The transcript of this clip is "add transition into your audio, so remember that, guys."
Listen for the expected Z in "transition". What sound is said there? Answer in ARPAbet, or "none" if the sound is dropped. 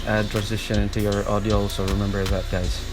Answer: Z